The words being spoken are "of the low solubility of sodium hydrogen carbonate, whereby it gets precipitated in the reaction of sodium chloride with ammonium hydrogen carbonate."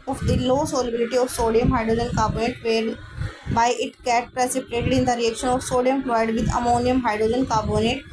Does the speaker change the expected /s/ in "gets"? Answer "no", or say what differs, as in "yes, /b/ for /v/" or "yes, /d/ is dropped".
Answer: yes, /s/ is dropped